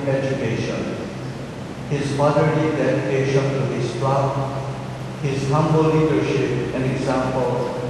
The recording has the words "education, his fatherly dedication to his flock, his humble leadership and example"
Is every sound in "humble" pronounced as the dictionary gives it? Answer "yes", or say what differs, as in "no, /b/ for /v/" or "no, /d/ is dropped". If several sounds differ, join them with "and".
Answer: yes